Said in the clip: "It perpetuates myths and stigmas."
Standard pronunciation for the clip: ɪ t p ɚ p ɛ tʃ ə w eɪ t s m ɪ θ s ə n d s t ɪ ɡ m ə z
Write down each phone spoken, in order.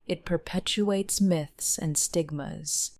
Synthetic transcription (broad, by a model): ɪ t p ɚ p ɛ tʃ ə eɪ t s m ɪ θ s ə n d s t ɪ ɡ m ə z